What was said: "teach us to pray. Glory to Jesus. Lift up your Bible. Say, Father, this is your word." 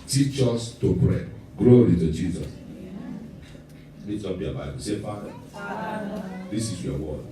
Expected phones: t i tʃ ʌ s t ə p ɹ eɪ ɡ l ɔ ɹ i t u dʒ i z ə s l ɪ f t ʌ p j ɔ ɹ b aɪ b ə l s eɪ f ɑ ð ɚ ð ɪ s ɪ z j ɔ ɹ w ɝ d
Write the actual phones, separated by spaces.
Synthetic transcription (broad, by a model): t i tʃ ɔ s t ə p ɹ eɪ ɡ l ɔ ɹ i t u dʒ i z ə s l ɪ t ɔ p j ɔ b aɪ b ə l s eɪ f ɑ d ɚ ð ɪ s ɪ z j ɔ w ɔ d